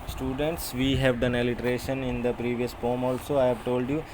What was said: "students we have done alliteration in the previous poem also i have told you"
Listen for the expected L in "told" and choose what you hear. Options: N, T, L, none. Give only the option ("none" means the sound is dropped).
L